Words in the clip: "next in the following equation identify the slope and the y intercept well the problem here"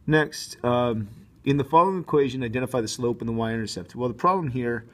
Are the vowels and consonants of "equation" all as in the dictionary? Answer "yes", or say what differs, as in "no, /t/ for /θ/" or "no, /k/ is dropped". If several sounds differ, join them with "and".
yes